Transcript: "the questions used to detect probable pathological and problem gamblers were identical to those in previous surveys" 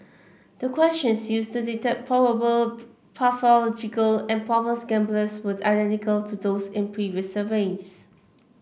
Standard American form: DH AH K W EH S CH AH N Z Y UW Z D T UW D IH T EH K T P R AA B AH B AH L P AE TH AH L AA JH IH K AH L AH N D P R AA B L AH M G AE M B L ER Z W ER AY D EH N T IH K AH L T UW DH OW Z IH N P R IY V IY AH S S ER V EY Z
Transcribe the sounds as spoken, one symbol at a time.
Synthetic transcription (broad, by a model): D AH K W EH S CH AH N S Y UW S T UW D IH T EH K P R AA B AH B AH L P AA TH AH L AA JH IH K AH L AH N P R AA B AH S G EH M B L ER S W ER AY D EH N T IH K AH L T UW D OW S IH N P R IY V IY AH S S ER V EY S